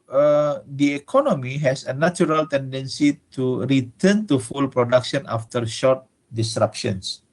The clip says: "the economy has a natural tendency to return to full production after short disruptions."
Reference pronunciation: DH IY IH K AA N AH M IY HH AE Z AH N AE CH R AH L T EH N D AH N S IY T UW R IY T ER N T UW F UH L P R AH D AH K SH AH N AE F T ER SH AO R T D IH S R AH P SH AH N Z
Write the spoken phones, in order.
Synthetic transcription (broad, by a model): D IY IH K AA N AH M IY HH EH S AH N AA CH R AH L T EH N D AH N S IY T UW R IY T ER N T UW F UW L P R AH D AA K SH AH N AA F T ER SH AO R T D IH S R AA P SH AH N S